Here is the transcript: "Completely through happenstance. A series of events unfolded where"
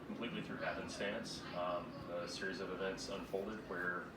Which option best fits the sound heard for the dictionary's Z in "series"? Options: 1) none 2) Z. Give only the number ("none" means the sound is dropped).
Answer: 2